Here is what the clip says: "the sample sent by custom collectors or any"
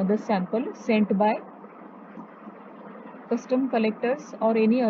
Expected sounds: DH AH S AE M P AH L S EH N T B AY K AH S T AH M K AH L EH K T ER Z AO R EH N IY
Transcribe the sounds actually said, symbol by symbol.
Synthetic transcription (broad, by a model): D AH S AE M P AH L S EH N T B AY K AH S T AH M K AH L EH K T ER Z AO R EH N IY